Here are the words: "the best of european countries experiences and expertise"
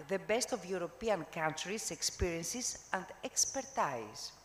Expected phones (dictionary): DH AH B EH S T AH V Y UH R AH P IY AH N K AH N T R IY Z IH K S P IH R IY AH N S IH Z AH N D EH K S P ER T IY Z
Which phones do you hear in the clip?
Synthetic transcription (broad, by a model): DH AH B EH S T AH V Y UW R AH P IY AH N K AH N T R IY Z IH K S P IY R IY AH N S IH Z AH N D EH K S P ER T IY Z